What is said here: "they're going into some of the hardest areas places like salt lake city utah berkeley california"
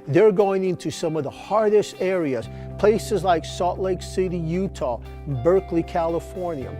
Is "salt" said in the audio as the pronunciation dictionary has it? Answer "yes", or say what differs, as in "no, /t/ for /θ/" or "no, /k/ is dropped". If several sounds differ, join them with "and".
no, /l/ is dropped